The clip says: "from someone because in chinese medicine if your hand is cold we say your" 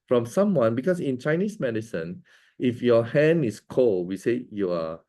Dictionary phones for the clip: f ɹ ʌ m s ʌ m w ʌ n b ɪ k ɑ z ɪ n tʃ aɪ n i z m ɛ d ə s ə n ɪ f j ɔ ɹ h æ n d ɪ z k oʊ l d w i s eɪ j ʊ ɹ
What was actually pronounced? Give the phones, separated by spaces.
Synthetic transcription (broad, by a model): f ɹ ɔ m s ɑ m w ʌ n b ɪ k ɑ s ɪ n tʃ aɪ n i s m ɛ d ə s ə n ɪ f j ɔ h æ n ɪ s k oʊ l w i s eɪ j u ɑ